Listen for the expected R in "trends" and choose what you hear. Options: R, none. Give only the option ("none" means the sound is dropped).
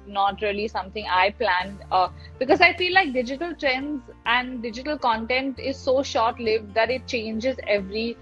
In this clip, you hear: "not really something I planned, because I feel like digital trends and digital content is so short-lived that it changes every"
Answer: R